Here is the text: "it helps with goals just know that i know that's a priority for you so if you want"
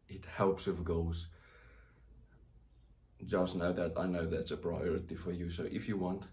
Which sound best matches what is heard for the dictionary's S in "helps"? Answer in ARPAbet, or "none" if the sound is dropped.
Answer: S